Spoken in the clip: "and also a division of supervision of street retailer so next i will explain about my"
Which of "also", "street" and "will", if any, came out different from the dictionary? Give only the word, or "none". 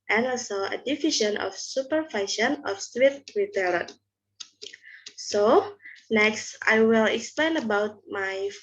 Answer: street